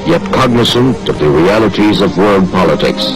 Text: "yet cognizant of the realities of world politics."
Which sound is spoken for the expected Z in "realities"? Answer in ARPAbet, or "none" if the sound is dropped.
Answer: Z